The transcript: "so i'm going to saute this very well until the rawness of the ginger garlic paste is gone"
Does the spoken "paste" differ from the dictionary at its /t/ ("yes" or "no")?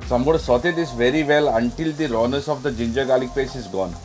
yes